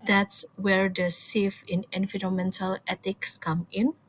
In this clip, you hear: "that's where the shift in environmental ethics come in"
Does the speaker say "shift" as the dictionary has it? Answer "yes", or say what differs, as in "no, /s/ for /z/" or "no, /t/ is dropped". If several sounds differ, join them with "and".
no, /s/ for /ʃ/ and /t/ is dropped